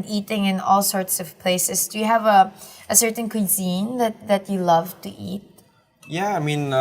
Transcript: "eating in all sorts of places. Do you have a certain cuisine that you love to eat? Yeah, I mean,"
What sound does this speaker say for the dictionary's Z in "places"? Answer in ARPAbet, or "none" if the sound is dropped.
S